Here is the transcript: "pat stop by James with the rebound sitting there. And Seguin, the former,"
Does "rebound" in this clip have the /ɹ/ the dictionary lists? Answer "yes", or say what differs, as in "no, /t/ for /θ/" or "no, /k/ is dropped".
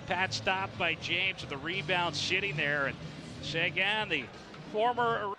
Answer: yes